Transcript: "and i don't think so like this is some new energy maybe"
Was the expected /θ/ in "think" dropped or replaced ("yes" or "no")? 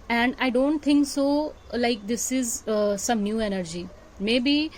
yes